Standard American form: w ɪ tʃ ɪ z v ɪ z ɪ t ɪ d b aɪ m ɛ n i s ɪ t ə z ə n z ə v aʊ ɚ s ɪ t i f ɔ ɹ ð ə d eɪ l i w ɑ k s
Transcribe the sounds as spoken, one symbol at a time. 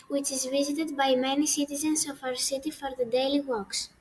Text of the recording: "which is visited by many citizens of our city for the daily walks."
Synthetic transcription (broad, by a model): w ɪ tʃ ɪ z v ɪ z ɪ t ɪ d b aɪ m ɛ n i s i t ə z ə n s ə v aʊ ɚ s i t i f ɔ ɹ ð ə d eɪ l i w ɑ k s